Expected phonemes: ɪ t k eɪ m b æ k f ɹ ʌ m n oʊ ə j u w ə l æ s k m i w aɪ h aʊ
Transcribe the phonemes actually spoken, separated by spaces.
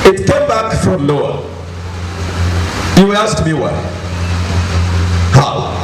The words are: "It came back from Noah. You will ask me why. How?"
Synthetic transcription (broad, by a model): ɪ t k eɪ m b æ k f ɹ ʌ m l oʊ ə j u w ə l æ s k m i w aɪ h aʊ